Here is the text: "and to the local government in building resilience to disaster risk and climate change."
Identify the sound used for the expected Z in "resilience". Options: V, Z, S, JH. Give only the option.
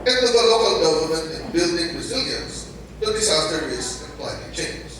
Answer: Z